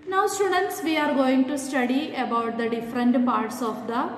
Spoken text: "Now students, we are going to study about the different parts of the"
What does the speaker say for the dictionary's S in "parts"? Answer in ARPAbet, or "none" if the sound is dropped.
S